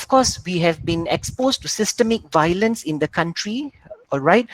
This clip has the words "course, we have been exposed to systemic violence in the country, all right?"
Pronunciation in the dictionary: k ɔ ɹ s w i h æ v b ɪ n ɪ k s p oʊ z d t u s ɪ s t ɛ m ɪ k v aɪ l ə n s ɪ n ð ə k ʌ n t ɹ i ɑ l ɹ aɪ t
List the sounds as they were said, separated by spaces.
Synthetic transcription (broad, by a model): k ɔ s w i h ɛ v b ɪ n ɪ k s p oʊ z t u s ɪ s t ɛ m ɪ k v aɪ l ə n s ɪ n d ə k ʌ n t ɹ i ɑ l ɹ aɪ t